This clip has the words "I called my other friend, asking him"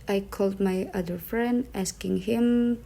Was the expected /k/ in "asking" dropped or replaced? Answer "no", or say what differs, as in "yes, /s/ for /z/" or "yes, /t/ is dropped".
no